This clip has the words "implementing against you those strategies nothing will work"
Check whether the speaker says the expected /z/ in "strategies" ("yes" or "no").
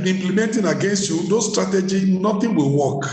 no